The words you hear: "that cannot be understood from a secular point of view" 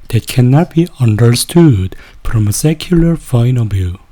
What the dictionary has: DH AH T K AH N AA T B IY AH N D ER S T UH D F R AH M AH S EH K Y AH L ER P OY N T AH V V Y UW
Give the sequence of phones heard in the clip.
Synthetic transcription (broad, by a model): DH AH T K AH N AA T B IY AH N D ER S T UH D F R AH M AH S EH K Y AH L ER F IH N AH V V Y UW